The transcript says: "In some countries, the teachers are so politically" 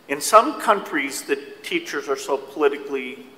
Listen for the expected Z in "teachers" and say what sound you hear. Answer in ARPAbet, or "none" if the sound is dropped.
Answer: Z